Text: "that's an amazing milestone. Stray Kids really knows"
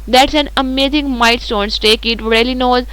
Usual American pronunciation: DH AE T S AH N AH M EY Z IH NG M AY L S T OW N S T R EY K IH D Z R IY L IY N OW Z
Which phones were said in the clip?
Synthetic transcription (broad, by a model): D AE T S AH N AH M EY Z IH NG M AY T S T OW N S T EY K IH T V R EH L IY N OW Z